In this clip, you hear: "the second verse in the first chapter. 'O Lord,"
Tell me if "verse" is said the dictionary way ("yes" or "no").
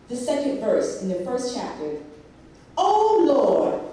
yes